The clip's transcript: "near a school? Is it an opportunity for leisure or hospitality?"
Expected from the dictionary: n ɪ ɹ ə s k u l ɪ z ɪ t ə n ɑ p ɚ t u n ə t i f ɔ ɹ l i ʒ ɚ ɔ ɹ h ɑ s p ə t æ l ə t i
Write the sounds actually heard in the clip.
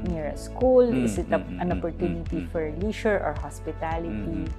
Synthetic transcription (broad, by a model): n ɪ ɹ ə s k u l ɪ s ɪ t ə n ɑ p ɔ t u n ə t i f ɔ ɹ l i ʃ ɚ ɔ ɹ h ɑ s p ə t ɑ l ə t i